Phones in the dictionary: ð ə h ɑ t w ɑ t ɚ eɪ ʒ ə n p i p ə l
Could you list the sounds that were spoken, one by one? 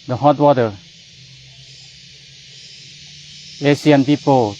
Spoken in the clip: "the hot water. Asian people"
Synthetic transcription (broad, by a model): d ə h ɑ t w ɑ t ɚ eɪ s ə n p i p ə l